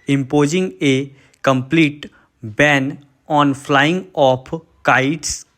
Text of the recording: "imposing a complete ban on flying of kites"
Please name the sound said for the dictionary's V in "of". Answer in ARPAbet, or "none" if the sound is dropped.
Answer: P